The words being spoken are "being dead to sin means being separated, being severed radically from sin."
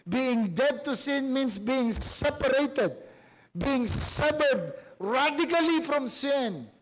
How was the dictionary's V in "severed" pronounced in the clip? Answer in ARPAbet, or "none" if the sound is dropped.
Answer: B